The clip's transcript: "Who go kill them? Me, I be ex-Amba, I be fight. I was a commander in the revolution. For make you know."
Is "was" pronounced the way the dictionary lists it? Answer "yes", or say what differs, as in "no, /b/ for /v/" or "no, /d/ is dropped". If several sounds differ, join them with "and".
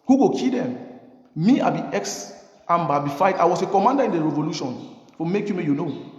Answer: no, /s/ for /z/